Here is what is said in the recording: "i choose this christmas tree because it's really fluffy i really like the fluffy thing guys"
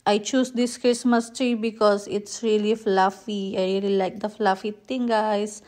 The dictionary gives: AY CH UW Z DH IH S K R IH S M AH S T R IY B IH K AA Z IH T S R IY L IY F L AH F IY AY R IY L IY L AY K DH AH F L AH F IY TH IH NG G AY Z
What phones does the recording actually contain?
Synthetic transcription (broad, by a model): AY CH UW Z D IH S K R IH S M AH S T R IY B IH K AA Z IH T S R IY L IY F L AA F IY AY R IY L IY L AY K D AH F L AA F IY T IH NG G AY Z